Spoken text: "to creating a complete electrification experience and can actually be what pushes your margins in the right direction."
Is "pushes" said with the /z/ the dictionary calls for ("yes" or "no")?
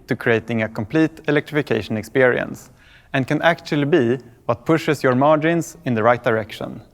no